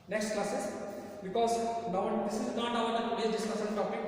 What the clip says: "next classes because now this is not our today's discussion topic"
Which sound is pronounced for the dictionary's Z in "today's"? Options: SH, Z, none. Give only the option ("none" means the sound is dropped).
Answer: none